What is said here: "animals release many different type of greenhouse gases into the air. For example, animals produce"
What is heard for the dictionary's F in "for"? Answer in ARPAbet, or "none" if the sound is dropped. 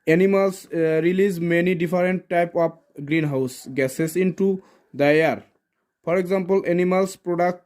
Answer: P